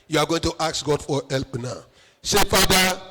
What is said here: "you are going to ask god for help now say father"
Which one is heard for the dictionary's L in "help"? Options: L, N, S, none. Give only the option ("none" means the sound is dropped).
L